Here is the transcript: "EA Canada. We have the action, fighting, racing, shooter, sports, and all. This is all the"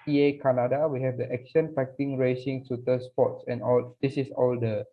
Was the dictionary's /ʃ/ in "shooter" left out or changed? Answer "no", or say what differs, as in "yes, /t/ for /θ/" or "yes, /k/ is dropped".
yes, /s/ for /ʃ/